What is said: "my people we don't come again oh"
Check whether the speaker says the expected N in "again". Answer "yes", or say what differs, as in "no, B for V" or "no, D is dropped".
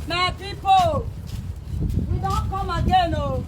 yes